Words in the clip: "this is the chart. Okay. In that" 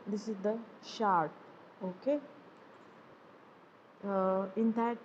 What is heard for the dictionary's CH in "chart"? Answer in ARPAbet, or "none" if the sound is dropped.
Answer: SH